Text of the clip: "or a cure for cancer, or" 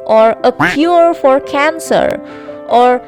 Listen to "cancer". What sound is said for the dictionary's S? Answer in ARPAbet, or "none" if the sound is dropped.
S